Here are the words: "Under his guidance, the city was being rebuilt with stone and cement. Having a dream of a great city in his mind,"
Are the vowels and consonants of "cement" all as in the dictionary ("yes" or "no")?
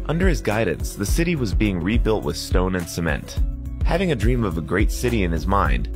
yes